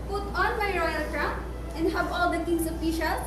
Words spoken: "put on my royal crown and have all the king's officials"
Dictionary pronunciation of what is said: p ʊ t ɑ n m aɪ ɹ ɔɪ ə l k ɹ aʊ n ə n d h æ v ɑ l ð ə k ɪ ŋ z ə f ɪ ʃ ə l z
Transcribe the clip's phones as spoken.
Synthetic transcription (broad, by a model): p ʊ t ɑ n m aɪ ɹ ɔɪ ə l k ɹ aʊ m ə n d h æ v ɑ l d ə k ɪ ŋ s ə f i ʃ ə l